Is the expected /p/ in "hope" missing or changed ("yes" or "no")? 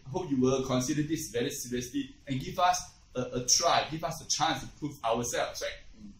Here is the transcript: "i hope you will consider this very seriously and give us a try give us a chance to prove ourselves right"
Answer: no